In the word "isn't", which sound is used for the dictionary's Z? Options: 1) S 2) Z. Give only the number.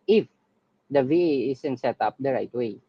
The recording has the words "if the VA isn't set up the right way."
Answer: 1